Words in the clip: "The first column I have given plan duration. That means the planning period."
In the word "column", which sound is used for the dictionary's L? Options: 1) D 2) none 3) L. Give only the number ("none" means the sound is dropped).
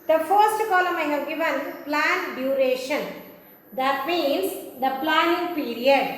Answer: 3